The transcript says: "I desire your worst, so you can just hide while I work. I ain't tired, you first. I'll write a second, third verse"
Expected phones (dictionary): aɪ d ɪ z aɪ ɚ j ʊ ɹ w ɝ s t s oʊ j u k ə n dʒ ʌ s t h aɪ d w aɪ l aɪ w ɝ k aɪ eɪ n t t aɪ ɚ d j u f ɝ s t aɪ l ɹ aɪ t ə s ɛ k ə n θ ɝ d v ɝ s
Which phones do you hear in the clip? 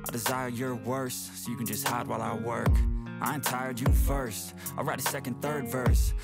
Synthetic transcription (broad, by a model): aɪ d ɪ z aɪ ɚ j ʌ ɹ w ɝ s s oʊ j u k ə n dʒ ʌ s t h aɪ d w aɪ l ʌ w ɝ k aɪ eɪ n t t aɪ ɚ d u f ɝ s t aɪ l ɹ aɪ t ə s ɛ k ə n θ ɝ d v ɝ s